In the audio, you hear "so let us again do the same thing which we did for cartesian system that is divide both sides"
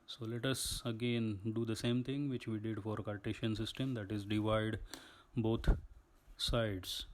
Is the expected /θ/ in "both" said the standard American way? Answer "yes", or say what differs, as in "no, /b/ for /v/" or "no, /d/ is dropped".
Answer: no, /t/ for /θ/